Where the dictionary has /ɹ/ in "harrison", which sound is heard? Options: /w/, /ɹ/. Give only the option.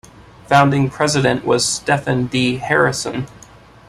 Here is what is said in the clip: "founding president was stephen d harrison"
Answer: /ɹ/